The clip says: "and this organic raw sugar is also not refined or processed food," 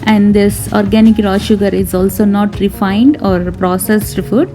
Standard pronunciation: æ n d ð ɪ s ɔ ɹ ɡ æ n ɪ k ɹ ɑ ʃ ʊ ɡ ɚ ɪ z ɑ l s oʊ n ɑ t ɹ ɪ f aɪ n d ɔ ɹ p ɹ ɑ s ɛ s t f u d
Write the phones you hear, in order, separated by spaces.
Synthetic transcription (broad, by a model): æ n d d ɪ s ɔ ɹ ɡ æ n ɪ k ɹ ɑ ʃ ʊ ɡ ɚ ɪ z ɑ l s oʊ n ɑ t ɹ ɪ f aɪ n d ɔ ɹ p ɹ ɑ s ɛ s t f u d